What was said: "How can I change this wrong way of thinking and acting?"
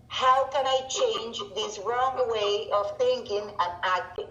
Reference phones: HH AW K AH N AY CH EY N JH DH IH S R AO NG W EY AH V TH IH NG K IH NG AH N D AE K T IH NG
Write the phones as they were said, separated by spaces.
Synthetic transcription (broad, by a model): HH AW K AH N AY CH EY N JH DH IH S R AO NG W EY AH V TH IH NG K IH NG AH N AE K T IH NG